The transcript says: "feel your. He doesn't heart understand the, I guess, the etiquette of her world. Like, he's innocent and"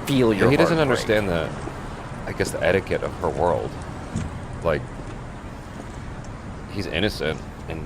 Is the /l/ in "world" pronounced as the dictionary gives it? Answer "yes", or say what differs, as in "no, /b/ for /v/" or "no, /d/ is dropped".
yes